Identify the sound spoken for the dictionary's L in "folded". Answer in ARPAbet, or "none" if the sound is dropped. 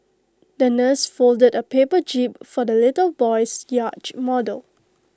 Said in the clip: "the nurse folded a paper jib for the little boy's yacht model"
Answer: L